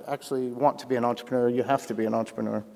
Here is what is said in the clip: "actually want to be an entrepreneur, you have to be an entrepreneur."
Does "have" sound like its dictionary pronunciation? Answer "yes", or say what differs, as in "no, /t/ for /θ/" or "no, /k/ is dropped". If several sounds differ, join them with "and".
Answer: no, /f/ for /v/